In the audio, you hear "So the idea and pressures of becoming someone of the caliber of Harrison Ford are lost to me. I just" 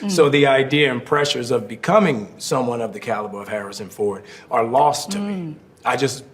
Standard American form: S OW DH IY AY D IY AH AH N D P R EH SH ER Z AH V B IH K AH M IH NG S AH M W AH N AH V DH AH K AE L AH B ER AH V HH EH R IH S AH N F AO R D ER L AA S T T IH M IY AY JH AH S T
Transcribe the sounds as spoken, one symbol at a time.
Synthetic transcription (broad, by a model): S OW DH IY AY D IY AH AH N P R EH SH ER Z AH V B IH K AH M IH NG S AH M W AH N AH V DH AH K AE L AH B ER AH V HH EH R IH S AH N F AO R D ER L AA S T T IH M IY AY JH AH S T